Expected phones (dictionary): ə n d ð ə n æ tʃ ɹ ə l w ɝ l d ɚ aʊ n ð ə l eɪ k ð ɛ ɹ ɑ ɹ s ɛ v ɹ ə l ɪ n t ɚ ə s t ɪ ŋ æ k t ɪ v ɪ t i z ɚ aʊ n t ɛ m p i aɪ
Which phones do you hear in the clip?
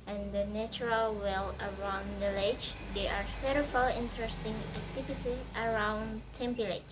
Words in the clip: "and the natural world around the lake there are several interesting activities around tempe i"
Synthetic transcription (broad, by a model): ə n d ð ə n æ tʃ ɹ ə l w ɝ l ɚ aʊ n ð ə l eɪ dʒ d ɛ ɑ ɹ s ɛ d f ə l ɪ n t ɚ ə s t ɪ ŋ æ k t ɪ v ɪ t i ɚ aʊ n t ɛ m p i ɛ